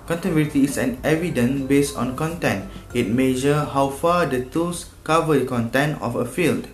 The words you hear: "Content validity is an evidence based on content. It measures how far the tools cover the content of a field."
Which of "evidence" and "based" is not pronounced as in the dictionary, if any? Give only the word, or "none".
evidence